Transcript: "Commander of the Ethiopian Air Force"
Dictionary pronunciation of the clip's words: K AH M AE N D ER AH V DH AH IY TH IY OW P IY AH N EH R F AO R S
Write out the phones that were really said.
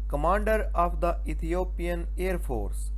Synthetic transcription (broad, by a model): K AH M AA N D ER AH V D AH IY T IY OW P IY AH N EH R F AO R S